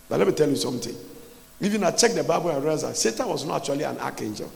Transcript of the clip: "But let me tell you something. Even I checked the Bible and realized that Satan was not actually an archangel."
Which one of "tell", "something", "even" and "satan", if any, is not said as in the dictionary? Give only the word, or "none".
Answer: something